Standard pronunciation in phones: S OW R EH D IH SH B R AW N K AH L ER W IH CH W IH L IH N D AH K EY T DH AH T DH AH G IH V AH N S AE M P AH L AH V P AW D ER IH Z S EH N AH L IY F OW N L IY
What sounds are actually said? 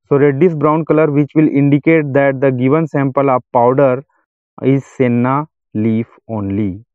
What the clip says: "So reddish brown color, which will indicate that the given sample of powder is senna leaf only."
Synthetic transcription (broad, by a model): S OW R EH D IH S B R AW N K AH L ER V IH CH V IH L IH N D AH K EY T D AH T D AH G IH V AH N S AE M P AH L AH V P AW D ER IH Z S EH N AH L IY F OW N L IY